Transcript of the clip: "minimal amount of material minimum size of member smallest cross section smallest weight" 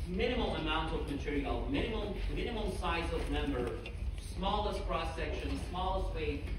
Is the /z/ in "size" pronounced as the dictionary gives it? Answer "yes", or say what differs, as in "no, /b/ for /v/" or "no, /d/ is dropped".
yes